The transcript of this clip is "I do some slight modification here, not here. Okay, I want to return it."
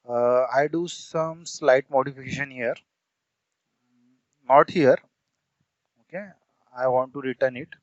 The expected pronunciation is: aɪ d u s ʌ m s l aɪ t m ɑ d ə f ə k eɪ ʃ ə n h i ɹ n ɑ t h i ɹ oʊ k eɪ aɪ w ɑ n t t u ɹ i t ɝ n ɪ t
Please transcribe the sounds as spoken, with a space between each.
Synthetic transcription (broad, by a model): aɪ d u s ʌ m s l aɪ t m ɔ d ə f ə k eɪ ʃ ə n h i ɹ n ɑ t h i ɹ oʊ k eɪ aɪ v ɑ n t t u ɹ i t ɝ n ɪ t